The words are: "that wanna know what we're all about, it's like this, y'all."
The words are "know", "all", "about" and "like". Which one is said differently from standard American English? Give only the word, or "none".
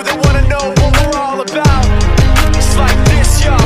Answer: about